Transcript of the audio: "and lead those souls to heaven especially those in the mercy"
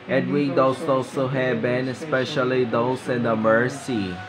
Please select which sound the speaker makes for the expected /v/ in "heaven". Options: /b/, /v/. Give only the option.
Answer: /b/